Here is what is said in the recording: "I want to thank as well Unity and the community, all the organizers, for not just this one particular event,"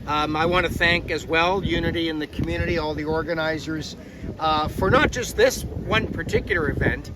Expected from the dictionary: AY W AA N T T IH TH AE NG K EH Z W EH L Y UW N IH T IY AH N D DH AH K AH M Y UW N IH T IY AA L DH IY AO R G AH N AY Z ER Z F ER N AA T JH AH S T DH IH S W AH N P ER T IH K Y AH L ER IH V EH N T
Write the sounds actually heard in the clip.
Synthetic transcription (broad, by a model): AY W AA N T T IH TH AE NG K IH Z W EH L Y UW N IH T IY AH N DH AH K M Y UW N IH T IY AA L DH IY AO R G AH N AY Z ER Z F ER N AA T JH AH S T DH IH S W AH N P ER T IH K Y L ER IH V EH N T